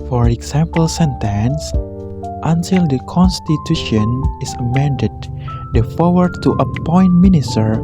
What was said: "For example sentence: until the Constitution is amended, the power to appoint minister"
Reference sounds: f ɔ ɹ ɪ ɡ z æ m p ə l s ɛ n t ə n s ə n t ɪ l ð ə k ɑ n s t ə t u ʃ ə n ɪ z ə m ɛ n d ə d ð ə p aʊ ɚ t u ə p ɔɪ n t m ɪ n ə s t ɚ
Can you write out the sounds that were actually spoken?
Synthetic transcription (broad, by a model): f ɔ ɹ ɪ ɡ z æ m p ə l s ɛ n t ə n s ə n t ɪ l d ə k ɑ n s t ə t u ʃ ə n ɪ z ə m ɛ n d ə d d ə f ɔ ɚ t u ə p ɔɪ n t m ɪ n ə s t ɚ